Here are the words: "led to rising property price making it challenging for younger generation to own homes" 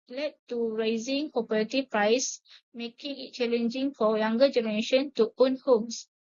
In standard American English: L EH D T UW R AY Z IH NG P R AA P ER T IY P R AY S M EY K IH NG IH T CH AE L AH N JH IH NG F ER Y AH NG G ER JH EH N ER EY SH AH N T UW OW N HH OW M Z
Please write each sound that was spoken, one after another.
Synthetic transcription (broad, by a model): L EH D T UW R AY Z IH NG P AA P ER T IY P R AY S M EY K IH NG IH T CH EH L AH N JH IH NG F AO Y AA NG G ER JH EH N ER EY SH AH N T UW OW N HH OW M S